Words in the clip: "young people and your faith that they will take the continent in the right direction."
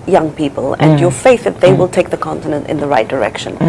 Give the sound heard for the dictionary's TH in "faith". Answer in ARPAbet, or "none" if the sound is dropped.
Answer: TH